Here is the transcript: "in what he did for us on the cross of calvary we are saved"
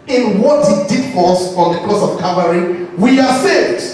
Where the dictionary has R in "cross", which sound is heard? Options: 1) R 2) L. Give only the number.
2